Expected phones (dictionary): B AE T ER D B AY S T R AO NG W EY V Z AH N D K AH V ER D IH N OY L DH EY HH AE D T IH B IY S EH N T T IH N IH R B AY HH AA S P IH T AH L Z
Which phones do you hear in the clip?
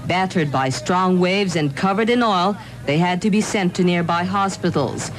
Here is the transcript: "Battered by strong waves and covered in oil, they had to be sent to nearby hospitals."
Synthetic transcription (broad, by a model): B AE T ER D B AY S T R AO NG W EY V Z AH N K AH V ER D IH N OY L DH EY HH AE D T IH B IY S EH N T T IH N IH R B AY HH AA S P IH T L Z